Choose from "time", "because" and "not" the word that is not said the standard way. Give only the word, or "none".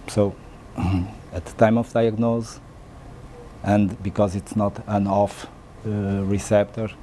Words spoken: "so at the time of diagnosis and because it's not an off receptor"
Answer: none